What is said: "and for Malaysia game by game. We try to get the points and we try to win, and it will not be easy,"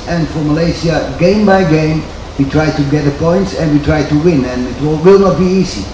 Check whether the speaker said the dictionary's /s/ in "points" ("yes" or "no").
yes